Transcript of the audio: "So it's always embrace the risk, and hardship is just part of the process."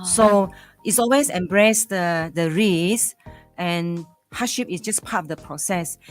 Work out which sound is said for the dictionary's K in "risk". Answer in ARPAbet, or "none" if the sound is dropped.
none